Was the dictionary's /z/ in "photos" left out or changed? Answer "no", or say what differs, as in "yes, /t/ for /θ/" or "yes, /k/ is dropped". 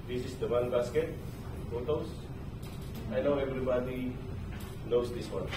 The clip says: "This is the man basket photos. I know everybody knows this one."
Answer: yes, /s/ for /z/